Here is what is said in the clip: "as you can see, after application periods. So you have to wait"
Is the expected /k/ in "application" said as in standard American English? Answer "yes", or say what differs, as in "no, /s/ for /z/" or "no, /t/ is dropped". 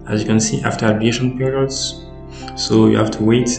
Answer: no, /k/ is dropped